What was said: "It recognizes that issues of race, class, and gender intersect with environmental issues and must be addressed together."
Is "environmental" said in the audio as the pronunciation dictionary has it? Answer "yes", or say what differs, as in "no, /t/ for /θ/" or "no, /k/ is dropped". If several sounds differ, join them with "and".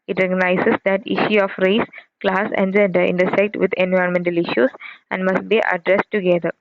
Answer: no, /ɹ/ is dropped